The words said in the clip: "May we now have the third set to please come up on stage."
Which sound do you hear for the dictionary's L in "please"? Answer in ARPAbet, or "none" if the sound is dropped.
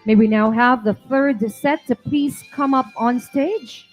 none